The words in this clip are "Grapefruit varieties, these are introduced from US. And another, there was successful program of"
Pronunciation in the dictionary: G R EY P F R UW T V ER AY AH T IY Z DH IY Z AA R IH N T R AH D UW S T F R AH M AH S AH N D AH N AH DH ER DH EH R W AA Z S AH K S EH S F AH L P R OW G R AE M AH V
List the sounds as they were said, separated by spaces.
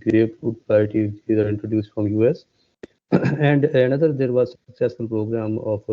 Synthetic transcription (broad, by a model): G R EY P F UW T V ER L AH T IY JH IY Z AA R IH N T R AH D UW S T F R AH M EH S AH N D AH N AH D ER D EH R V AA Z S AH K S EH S AH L P R OW G R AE M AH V